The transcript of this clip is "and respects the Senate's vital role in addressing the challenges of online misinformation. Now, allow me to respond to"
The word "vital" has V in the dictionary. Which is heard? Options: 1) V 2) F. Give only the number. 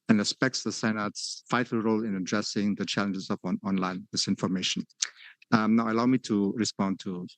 2